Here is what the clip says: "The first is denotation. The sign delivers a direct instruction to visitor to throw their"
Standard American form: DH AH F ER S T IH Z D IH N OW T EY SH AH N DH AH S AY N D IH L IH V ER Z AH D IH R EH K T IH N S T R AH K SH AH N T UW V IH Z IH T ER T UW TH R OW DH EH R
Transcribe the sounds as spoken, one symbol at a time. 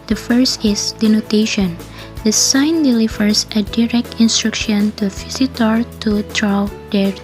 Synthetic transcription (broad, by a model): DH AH F ER S T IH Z D IH N OW T EY SH AH N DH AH S AY N D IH L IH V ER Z AH D IH R EH K T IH N S T R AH K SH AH N T UW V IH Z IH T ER T UW T R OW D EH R